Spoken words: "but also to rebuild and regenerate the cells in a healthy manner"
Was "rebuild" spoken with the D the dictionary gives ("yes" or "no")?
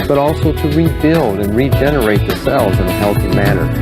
yes